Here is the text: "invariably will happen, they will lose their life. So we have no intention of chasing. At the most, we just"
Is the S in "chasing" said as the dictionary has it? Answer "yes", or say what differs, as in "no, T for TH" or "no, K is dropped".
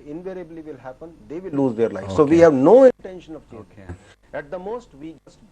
no, S is dropped